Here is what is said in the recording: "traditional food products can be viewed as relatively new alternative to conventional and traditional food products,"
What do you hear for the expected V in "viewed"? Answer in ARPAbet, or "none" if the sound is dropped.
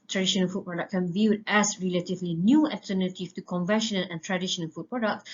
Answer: V